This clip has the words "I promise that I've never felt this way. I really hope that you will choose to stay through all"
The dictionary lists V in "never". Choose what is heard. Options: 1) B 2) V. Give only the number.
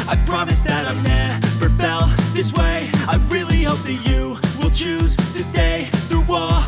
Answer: 1